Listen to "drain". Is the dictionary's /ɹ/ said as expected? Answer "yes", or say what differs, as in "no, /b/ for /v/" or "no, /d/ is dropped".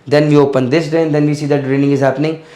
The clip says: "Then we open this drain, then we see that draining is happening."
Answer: no, /ɹ/ is dropped